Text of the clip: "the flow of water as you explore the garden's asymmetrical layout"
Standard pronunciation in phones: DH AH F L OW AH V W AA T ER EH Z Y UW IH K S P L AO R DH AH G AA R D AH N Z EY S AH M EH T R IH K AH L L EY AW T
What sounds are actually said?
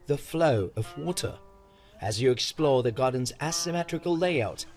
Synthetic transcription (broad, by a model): DH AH F L OW AH V W AA T ER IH Z Y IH IH K S P L AO R DH AH G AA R D N Z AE S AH M EH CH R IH K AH L L EY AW T